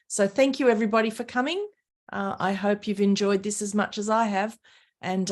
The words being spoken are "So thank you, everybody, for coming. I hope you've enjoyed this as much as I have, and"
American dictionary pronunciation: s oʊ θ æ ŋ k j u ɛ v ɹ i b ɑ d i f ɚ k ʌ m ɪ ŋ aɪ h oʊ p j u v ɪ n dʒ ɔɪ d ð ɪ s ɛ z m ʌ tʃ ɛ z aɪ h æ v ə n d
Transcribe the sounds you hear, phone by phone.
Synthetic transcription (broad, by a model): s oʊ θ æ ŋ k j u ɛ v ɹ i b ɑ d i f ɚ k ʌ m ɪ ŋ aɪ h oʊ p j u v ɪ n dʒ ɔɪ d ð ɪ s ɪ z m ʌ tʃ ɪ z aɪ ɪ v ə n